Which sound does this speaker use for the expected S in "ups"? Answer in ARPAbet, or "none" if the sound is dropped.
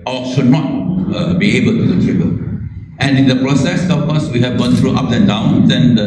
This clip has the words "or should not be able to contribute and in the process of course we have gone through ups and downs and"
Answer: none